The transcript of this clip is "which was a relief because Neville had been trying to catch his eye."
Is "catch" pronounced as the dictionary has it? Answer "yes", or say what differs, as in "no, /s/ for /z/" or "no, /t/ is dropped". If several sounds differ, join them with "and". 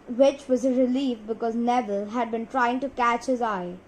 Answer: yes